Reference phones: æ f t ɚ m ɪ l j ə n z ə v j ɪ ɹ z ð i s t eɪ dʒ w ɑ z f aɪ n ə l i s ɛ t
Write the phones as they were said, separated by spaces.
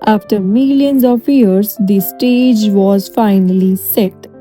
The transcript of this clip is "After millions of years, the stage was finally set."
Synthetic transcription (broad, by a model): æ f t ɚ m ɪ l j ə n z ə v j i ɹ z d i s t eɪ dʒ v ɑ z f aɪ n ə l i s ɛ t